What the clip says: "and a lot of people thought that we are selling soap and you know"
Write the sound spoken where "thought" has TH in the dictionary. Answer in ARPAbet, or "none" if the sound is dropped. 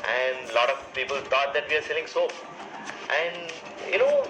T